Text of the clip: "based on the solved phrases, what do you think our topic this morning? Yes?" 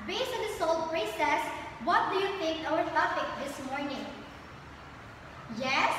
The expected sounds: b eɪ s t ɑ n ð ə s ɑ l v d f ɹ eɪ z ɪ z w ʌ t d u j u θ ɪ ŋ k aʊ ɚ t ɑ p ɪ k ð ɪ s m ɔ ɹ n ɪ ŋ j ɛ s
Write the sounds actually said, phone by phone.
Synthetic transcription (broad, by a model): b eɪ s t ɑ n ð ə s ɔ l d p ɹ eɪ s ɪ s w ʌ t d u j u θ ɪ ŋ k aʊ ɚ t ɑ f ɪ k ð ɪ s m ɔ ɹ n ɪ ŋ j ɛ s